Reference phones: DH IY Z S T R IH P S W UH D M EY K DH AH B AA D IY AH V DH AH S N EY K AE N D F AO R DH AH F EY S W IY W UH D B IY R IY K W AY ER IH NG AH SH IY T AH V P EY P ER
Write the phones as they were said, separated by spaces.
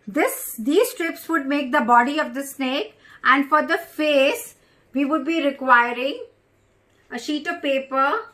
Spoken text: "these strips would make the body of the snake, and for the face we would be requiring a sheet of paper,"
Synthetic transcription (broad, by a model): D IY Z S T R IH P S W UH D M EY K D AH B AA D IY AH V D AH S N EY K AE N D F AO R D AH F EY S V IY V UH D B IY R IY K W AY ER IH NG AH SH IY T AH V P EY P ER